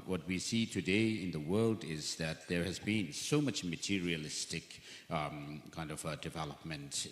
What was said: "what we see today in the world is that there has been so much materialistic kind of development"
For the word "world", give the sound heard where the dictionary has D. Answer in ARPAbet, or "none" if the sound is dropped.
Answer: D